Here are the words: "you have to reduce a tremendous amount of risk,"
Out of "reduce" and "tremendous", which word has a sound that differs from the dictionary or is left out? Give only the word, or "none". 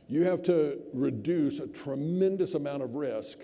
none